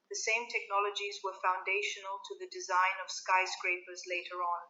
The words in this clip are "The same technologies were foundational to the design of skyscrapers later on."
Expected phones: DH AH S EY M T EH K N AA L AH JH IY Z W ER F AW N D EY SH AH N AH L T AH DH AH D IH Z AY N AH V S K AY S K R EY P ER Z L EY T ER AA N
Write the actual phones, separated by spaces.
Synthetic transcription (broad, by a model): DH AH S EY M T EH K N AA L AH JH IY Z W ER F AW N D EY SH AH N AH L T AH DH AH D IH Z AY N AH V S K AY S K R EY P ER Z L EY T ER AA N